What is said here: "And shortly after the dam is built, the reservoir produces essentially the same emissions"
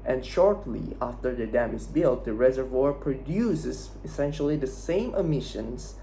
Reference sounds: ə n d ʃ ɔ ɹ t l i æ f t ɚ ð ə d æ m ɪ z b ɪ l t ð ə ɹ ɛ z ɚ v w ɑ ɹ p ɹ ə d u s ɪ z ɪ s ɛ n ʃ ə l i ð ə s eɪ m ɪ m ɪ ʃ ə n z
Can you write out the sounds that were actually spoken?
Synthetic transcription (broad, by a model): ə n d ʃ ɔ ɹ t l i æ f t ɚ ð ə d æ m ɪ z b ɪ l t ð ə ɹ ɛ z ɚ v w ɑ ɹ p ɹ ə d u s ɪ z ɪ s ɛ n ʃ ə l i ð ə s eɪ m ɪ m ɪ ʃ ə n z